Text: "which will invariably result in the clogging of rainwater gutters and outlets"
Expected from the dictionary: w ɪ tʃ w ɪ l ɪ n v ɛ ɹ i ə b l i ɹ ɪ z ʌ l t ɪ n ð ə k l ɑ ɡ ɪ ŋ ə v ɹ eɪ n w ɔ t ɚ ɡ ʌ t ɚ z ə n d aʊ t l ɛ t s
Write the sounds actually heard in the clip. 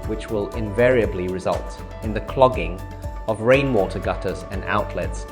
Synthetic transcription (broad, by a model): w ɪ tʃ w ɪ l ɪ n v ɛ ɹ i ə b l i ɹ ɪ z ʌ l t ɪ n ð ə k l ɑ ɡ ɪ ŋ ə v ɹ eɪ n w ɔ t ɚ ɡ ʌ t ɚ z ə n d aʊ t l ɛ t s